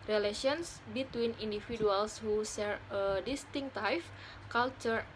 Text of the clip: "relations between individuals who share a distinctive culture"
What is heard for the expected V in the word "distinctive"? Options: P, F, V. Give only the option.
F